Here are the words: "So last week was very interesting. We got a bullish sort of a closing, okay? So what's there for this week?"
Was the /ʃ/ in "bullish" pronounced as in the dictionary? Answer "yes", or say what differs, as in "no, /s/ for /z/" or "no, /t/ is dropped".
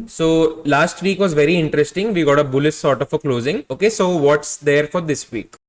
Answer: no, /s/ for /ʃ/